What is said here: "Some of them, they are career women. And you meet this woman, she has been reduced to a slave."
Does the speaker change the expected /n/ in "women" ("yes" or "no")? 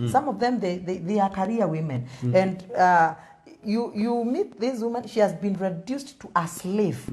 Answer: no